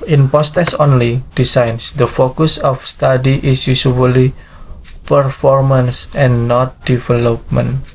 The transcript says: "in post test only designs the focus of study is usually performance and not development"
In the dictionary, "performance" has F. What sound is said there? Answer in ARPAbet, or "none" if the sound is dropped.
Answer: F